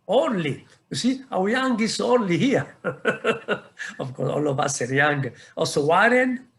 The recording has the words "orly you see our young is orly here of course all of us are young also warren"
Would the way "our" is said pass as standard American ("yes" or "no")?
no